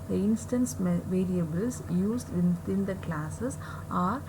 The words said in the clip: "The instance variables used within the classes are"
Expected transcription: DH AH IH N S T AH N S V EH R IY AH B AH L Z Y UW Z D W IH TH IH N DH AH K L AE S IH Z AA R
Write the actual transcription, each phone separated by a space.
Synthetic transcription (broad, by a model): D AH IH N S T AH N S V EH R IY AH B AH L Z Y UW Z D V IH T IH N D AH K L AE S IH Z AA R